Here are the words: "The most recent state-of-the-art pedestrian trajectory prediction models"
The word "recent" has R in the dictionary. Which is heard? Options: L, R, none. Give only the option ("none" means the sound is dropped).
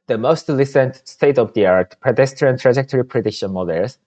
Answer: L